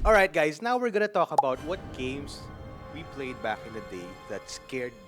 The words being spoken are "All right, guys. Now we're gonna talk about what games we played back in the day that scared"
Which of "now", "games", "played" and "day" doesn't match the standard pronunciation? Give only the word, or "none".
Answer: games